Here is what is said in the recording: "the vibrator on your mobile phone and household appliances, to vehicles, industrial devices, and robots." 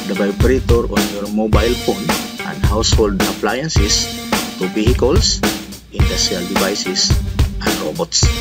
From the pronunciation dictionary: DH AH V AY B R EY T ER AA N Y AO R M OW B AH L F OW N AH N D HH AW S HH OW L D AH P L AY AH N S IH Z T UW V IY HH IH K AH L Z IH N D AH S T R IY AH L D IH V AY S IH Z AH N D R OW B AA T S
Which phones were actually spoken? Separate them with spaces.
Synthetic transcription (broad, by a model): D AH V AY B R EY T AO AA N Y AO R M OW B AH L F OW N AH N D HH AW S HH OW L D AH P L AY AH N S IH S T UW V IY HH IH K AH L S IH N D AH S T R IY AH L D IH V AY S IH S AH N D R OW B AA T S